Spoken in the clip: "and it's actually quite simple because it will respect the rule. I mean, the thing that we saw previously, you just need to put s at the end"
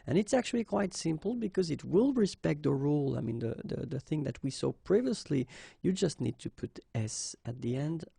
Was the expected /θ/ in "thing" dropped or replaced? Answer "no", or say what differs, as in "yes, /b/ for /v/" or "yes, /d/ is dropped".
no